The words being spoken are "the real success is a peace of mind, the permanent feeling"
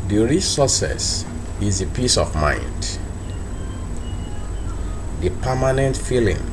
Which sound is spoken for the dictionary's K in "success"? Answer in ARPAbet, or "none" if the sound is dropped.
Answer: none